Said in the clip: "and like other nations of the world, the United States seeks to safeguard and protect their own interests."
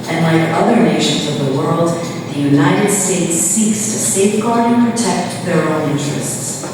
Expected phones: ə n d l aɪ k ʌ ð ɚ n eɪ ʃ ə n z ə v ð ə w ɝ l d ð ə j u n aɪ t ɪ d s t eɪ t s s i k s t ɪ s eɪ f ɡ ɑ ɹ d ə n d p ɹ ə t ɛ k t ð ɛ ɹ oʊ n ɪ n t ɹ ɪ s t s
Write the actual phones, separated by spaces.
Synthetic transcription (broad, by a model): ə n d l aɪ k ʌ ð ɚ n eɪ ʃ ə n z ə v ð ə w ɝ l d ð ə j u n aɪ t ɪ d s t eɪ t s s i k s t ɪ s eɪ f ɡ ɑ ɹ d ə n p ɹ ə t ɛ k t ð ɛ ɹ oʊ n ɪ n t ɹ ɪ s t s